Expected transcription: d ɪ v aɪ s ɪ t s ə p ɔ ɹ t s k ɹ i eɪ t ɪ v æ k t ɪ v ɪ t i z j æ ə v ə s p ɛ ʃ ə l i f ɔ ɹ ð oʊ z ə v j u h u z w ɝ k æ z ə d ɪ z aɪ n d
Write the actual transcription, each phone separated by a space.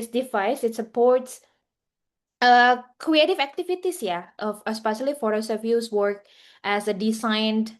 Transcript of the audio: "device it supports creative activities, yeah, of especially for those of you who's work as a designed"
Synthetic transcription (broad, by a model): d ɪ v aɪ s ɪ t s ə p ɔ ɹ t s k ɹ i eɪ t ɪ v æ k t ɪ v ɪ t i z j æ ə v ə s p ɛ ʃ ə l i f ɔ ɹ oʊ s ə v j u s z w ɝ k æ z ə d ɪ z aɪ n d